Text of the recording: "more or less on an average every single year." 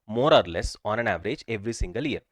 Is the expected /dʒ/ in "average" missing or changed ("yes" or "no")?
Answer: no